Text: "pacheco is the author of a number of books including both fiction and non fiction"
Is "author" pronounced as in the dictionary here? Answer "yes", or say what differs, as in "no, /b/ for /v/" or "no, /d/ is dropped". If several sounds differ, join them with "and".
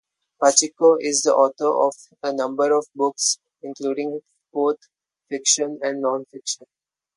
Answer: no, /t/ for /θ/